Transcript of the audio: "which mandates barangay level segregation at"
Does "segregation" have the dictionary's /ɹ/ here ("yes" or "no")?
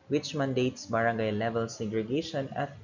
yes